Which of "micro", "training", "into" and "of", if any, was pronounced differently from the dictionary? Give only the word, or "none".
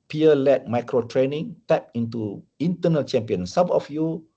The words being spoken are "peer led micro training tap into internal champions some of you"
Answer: of